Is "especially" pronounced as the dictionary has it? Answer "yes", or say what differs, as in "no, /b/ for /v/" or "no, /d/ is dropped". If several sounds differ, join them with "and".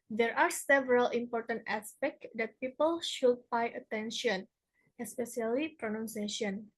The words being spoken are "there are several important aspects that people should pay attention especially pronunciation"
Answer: no, /s/ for /ʃ/